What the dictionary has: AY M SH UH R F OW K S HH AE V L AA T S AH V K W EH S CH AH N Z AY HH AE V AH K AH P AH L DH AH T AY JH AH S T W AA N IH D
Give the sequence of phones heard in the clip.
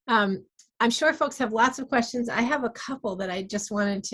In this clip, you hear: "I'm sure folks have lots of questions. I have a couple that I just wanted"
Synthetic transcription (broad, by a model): AY M SH UH R F OW K S HH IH V L AA T S AH V K W EH S CH AH N Z AY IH V AH K AH P L DH AH T AY JH AH S T W AA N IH D